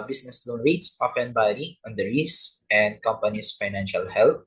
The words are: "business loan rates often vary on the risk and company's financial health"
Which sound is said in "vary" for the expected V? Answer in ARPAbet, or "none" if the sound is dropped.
B